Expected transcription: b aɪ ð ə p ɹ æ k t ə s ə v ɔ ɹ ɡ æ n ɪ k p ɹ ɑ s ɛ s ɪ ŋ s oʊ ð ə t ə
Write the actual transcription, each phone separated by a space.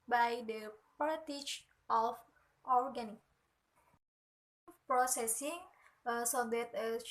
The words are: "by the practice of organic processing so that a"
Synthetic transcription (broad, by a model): b aɪ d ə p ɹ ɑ t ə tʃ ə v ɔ ɹ ɡ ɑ n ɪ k p ɹ ɑ s ɛ s ɪ ŋ s oʊ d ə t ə